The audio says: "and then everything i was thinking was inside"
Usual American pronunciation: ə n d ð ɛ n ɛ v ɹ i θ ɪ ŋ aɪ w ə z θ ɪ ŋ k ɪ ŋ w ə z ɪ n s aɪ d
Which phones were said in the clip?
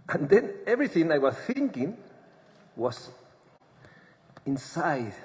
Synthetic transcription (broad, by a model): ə n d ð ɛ n ɛ v ɹ i θ ɪ ŋ aɪ w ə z θ ɪ ŋ k ɪ ŋ w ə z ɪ n s aɪ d